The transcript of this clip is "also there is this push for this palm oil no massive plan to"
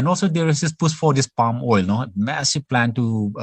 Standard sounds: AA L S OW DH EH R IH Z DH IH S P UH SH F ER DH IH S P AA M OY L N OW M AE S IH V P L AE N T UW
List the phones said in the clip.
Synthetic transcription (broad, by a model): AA L S OW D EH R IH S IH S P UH S F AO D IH S P AA M OY L N OW M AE S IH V P L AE N T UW